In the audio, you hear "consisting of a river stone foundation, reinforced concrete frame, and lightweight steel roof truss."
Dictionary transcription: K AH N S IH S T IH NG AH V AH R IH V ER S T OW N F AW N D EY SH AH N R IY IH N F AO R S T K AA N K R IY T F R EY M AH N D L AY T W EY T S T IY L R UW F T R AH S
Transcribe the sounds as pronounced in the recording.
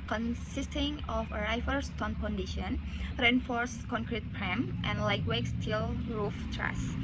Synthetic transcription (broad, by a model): K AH N S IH S T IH NG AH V AH R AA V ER S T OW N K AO N D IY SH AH N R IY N F AO R S K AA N K R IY T P R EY M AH N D L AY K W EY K S T IY L R UW F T R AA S